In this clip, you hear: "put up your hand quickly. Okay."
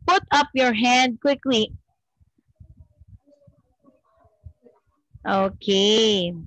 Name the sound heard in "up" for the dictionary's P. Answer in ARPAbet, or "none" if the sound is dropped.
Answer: P